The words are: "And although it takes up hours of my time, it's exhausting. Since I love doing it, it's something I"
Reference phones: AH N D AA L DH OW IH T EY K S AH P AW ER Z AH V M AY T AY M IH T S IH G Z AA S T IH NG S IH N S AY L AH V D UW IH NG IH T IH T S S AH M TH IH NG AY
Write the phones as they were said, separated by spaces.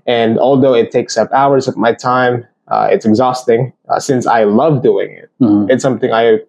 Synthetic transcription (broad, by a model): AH N AA L DH OW IH T EY K S AH P AW ER Z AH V M AY T AY M IH T S IH G Z AA S T IH NG S IH N S AY L AH V D UW IH NG IH T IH T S S AH M TH IH NG AY